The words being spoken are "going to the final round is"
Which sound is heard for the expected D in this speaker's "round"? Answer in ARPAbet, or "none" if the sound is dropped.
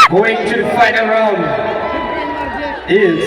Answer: none